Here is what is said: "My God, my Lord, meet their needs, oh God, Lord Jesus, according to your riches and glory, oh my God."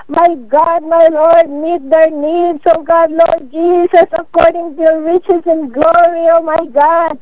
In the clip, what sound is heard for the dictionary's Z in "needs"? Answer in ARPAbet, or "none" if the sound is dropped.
S